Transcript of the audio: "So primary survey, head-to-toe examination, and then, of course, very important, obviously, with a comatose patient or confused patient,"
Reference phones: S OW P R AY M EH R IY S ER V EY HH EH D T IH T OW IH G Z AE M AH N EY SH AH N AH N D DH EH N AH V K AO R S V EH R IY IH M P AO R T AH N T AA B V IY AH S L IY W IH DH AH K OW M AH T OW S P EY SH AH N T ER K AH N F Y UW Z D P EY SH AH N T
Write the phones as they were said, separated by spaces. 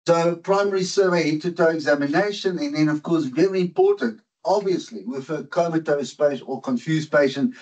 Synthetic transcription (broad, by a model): S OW P R AY M EH R IY S ER V EY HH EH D T IH T OW IH G Z AE M AH N EY SH AH N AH N DH EH N AH V K AO R S V EH R IY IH M P AO R T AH N T AA B V IY AH S L IY W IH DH AH K OW M AH T OW S P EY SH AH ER K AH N F Y UW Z P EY SH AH N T